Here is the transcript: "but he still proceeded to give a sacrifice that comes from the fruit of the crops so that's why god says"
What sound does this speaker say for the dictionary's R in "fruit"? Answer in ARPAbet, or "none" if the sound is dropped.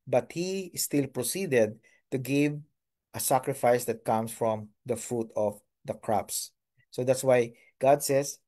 R